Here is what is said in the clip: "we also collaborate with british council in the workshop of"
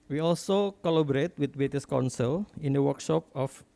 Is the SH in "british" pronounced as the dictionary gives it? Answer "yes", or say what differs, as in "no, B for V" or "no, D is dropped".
no, S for SH